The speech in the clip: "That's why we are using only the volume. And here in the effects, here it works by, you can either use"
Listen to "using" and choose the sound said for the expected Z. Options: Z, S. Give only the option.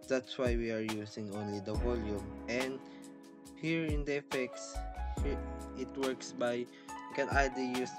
S